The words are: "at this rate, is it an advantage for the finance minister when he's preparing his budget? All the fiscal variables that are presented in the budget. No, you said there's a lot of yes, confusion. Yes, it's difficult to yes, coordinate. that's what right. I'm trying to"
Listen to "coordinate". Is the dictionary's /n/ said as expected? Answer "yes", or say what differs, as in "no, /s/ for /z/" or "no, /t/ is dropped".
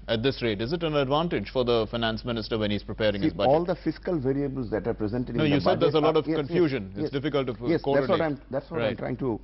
no, /n/ is dropped